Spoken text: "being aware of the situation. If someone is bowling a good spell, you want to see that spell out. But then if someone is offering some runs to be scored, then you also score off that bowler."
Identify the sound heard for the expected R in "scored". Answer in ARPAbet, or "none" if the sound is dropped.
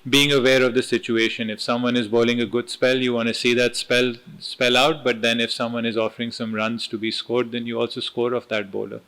R